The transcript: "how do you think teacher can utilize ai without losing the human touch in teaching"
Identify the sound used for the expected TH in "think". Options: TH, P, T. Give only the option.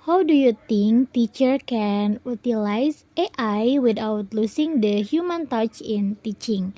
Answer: T